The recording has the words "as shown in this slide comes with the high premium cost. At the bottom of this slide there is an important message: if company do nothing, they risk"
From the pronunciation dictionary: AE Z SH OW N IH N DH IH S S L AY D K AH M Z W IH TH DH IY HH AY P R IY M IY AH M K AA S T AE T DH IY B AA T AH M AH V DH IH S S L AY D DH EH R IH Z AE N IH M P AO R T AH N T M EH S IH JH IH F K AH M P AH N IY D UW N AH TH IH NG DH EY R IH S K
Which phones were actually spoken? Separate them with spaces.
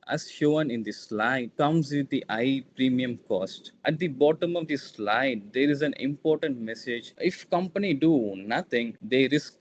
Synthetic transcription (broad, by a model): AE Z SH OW N IH N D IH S S L AY D K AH M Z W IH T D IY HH AY P R IY M IY AH M K AA S T AE T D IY B AA T AH M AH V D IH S S L AY D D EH R IH Z AE N IH M P AO R T AH N T M EH S IH JH IH F K AH M P AH N IY D UW N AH T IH NG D EY R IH S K